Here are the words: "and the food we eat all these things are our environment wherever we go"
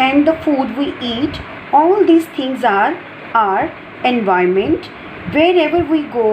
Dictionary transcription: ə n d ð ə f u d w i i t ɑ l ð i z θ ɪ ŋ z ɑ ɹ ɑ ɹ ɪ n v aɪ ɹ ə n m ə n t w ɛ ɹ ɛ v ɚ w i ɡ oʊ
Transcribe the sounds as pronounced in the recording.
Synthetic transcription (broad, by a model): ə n d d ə f u d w i i t ɑ l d i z t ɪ ŋ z ɑ ɹ ɑ ɹ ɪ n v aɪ ə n m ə n t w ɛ ɹ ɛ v ɚ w i ɡ oʊ